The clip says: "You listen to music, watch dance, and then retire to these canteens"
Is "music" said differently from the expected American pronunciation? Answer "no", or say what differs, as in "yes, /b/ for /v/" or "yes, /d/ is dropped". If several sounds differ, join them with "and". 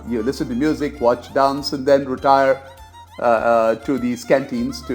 no